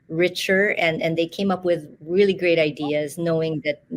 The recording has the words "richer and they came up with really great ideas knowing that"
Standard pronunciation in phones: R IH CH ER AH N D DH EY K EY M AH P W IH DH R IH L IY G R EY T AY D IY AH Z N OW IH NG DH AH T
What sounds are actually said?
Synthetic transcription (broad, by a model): R IH CH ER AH N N DH EY K EY M AH P W IH DH R IH L IY G R EY T AY D IY AH Z N OW IH NG DH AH T